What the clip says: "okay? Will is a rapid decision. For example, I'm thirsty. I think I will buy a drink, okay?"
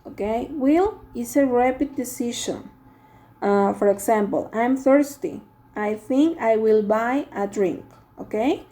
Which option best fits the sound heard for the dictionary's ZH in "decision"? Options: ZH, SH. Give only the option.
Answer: SH